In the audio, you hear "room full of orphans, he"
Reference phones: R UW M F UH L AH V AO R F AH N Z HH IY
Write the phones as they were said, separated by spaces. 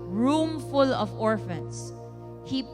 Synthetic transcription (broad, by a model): R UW M F UH L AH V AO R F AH N S HH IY